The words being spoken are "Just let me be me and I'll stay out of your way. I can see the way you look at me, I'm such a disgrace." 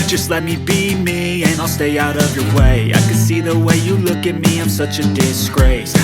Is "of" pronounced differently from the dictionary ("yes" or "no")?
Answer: no